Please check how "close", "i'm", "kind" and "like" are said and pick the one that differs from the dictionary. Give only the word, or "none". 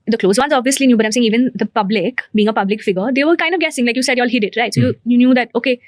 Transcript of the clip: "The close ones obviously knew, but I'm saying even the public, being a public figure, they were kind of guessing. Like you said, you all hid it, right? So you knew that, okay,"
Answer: none